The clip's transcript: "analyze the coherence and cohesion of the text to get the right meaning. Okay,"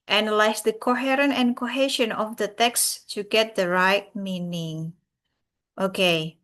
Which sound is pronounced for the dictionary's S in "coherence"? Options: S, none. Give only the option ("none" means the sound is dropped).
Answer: none